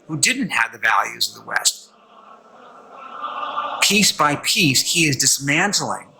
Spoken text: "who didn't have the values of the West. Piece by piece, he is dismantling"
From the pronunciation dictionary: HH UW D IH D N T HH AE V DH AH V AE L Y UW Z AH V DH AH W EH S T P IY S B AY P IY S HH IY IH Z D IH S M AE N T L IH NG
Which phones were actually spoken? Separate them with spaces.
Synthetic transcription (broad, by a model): HH UW D IH D N T HH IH V DH AH V AE L Y UW Z AH V DH AH W EH S T P IY S B AY P IY S HH IY IH Z D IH S M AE N T L IH NG